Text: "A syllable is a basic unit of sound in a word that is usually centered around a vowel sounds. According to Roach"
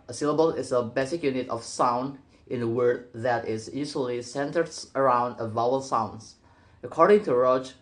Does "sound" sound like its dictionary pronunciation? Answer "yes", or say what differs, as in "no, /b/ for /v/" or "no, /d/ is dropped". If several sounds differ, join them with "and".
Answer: yes